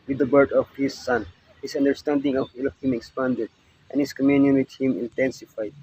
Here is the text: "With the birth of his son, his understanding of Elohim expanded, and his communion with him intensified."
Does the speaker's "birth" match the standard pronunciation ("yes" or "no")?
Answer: no